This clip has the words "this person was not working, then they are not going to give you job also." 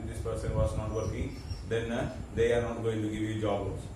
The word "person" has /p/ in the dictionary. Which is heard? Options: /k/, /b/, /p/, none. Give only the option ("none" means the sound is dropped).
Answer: /p/